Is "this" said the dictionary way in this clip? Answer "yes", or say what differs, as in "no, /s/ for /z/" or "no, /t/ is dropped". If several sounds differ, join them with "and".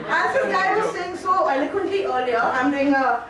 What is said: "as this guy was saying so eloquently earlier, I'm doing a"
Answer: no, /s/ is dropped